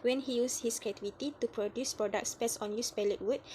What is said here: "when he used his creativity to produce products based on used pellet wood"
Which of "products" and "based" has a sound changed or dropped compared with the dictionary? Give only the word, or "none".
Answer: based